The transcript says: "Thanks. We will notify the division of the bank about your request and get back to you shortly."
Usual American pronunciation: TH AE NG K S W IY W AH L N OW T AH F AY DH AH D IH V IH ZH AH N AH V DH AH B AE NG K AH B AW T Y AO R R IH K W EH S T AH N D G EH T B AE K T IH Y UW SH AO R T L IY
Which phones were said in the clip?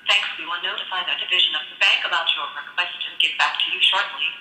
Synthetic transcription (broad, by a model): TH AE NG K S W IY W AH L N OW T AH F AY DH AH D IH V IH ZH AH N AH V DH AH B AE NG K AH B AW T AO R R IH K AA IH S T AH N G EH T B AE K T IH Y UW SH AO R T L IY